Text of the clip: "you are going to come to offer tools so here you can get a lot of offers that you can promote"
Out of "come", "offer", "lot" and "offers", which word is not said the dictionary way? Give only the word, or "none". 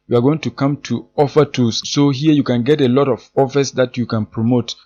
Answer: offers